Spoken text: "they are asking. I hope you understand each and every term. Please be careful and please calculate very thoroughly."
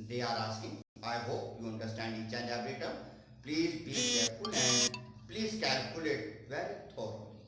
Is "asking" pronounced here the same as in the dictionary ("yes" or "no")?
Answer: no